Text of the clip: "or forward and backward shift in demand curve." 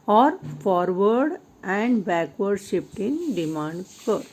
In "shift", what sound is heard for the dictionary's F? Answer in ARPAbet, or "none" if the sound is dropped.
P